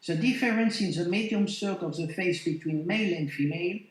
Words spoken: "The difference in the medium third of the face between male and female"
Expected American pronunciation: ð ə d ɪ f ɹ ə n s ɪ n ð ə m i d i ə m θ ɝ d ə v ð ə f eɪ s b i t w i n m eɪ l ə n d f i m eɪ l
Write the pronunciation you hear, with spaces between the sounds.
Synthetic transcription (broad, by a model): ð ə d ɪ f ɹ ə n s ɪ n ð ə m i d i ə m s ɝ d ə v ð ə f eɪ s b i t w i n m eɪ l ə n d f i m eɪ l